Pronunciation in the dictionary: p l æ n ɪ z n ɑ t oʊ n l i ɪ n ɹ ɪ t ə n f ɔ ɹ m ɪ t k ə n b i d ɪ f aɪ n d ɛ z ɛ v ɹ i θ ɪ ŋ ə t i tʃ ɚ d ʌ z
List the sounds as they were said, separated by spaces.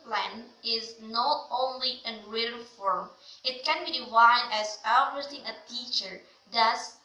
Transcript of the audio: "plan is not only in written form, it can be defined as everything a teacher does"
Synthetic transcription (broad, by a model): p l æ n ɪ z n ɑ t oʊ n l i ɪ n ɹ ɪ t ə l f ɔ ɹ m ɪ t k ə n b i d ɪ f aɪ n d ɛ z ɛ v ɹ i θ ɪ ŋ ə t i tʃ ɚ d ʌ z